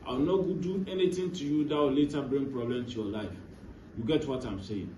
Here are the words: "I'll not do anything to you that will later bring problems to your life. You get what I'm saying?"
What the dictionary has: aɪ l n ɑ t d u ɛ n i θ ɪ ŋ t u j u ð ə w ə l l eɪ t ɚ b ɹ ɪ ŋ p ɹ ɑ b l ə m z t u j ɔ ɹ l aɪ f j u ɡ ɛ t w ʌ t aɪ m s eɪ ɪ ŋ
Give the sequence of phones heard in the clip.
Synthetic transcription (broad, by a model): aɪ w n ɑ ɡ d u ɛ n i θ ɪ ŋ t u j u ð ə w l l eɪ t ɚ b ɹ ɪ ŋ p ɹ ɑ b l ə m t u j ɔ l aɪ f j u ɡ ɛ t w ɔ t aɪ m s eɪ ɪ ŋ